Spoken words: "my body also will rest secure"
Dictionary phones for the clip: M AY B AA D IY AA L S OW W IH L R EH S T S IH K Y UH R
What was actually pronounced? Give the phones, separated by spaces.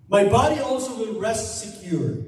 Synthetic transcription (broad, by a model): M AY B AA D IY AA L S OW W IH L R EH S T S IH K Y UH R